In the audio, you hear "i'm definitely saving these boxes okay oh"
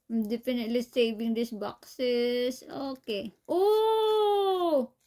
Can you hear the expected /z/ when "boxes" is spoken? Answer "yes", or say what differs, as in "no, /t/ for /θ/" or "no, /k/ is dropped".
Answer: no, /s/ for /z/